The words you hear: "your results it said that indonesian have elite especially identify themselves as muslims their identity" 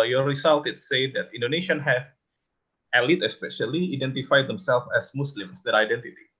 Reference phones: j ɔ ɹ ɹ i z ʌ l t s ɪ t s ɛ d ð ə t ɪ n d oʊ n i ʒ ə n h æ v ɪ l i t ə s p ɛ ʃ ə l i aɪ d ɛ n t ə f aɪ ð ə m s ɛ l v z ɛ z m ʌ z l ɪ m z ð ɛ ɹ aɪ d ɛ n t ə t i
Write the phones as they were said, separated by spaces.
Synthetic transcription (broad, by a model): j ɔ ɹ ɹ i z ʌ l t ɪ t s ɛ d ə t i n d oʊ n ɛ ʃ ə n h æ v ɪ l i t ə s p ɛ ʃ ə l i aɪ d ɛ n t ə f aɪ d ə m s ɛ l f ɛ s m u s l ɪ m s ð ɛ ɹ aɪ d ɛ n t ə t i